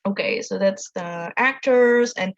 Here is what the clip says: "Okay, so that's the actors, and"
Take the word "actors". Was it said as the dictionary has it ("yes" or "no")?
yes